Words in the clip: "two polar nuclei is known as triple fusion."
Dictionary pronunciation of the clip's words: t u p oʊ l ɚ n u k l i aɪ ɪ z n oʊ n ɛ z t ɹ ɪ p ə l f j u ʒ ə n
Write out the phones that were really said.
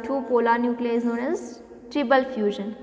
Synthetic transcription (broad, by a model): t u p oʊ l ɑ n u k l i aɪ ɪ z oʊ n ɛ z t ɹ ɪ b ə l f j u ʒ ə n